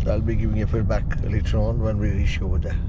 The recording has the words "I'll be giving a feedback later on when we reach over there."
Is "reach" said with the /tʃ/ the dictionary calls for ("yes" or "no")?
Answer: no